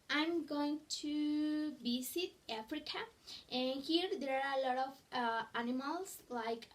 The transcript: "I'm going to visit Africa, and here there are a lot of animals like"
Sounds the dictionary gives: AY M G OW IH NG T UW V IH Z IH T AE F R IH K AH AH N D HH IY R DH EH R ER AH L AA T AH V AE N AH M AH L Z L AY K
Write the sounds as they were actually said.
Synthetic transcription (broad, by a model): AY M G OW IH NG T UW B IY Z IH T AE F R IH K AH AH N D HH IY R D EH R AH L AA T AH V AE N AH M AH L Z L AY K